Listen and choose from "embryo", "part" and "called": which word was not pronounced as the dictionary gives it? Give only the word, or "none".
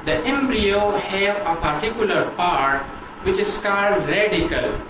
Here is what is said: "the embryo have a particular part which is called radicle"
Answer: none